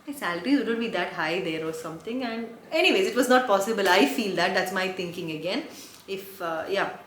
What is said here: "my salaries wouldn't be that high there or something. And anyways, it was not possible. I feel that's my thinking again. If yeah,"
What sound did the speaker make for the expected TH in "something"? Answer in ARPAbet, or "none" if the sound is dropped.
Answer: T